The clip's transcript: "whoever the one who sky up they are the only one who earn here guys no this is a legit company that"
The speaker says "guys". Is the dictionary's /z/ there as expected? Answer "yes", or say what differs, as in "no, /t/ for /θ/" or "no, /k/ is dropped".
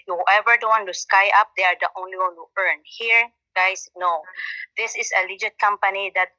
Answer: no, /s/ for /z/